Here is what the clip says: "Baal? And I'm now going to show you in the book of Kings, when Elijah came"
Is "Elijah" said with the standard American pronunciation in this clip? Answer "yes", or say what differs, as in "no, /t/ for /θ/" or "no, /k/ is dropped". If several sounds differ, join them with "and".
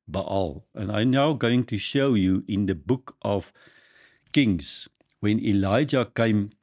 yes